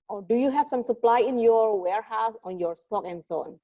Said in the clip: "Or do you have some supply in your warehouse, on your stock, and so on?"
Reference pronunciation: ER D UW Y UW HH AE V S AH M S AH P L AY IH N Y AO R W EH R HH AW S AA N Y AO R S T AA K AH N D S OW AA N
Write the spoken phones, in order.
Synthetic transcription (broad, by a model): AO D UW Y UW HH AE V S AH M S AH P L AY IH N Y AO R W EH R HH AW S AA N Y AO R S T AA K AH N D S OW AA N